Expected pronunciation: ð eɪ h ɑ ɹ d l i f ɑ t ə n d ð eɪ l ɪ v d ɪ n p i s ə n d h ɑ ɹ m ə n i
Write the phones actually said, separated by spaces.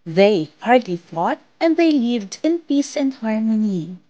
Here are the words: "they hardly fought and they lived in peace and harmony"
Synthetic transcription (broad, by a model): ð eɪ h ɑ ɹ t l i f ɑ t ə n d ð eɪ l ɪ v d ɪ n p i s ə n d h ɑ ɹ m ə n i